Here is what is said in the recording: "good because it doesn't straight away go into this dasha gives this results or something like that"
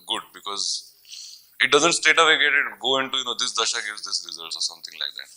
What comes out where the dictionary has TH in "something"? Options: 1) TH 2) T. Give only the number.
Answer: 2